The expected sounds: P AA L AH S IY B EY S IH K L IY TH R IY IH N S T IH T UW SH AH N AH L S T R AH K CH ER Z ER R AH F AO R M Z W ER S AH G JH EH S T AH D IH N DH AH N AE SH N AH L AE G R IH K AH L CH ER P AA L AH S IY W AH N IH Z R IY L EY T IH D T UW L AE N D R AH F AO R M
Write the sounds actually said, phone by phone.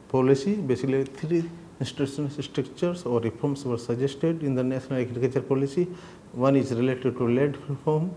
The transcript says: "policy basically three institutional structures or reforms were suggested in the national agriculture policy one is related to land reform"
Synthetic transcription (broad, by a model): P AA L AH S IY B EY S IH K L IY T R IY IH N S T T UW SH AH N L S T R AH K CH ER S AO R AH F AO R M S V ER S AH JH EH S T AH D IH N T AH N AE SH N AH L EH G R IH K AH CH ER P AA L AH S IY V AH N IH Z R IY L EY T IH D T UW L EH D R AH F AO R M